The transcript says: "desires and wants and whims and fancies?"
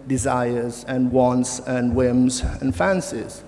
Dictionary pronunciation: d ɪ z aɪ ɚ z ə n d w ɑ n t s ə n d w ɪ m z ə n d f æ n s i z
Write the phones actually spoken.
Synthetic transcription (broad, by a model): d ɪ z aɪ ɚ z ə n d w ɑ n t s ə n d w ɪ m z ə n f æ n s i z